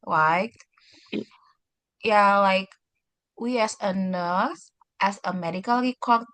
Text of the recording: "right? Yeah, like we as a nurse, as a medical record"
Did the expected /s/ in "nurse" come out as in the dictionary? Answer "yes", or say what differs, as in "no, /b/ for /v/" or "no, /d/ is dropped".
no, /θ/ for /s/